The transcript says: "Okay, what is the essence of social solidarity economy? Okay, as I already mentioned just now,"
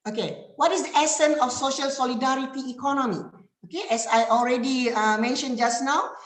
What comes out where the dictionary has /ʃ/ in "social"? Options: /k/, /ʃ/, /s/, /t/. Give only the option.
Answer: /ʃ/